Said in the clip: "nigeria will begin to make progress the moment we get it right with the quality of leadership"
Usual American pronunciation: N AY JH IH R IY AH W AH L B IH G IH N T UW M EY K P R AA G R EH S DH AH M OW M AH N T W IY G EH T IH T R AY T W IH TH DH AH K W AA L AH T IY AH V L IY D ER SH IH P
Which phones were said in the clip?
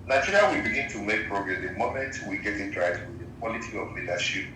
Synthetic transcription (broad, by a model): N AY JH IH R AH W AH B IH G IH N T UW M EY K P R AA G R EH S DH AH M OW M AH T W IY G EH T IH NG R AY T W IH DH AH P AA L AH T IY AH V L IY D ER SH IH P